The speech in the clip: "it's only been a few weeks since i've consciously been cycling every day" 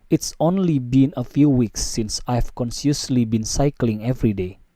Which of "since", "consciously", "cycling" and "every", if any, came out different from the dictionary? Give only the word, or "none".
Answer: consciously